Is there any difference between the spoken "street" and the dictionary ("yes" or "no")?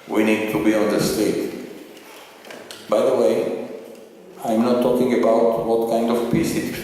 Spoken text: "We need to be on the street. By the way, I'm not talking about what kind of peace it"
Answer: yes